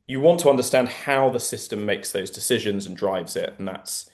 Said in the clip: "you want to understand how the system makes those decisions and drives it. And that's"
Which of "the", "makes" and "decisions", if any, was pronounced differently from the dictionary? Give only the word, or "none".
none